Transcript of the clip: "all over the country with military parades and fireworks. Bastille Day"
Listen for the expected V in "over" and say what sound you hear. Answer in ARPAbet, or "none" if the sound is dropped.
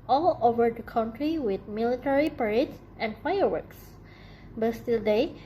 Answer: V